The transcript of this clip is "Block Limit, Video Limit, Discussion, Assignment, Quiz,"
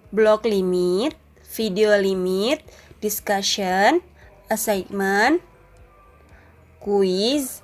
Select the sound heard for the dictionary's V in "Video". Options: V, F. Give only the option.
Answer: F